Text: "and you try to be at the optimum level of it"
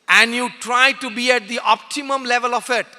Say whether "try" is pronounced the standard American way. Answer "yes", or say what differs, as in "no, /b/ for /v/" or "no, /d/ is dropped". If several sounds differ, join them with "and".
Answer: yes